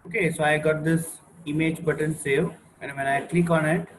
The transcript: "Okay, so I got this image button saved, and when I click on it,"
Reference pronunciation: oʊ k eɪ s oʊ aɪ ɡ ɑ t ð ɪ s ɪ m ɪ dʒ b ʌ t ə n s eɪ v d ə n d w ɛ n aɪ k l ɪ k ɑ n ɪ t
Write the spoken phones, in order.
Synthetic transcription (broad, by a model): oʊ k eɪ s oʊ aɪ ɡ ɑ t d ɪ s ɪ m ɪ dʒ b ʌ t ə n s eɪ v ə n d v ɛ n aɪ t l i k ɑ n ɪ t